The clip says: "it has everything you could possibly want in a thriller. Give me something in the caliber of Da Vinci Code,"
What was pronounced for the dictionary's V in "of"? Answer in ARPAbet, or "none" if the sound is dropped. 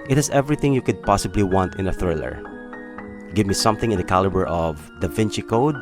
V